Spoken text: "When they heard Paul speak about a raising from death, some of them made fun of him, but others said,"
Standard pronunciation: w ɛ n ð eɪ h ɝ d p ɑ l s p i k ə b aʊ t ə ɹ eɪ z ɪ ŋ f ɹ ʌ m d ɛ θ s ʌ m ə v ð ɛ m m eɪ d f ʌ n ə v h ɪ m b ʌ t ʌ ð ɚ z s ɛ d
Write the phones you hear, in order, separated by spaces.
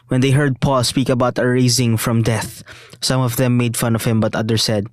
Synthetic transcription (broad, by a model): w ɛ n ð eɪ h ɝ d p ɑ l s p i k ə b aʊ t ə ɹ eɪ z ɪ ŋ f ɹ ʌ m d ɛ θ s ʌ m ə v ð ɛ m m eɪ d f ʌ n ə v h ɪ m b ʌ t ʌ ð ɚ s ɛ d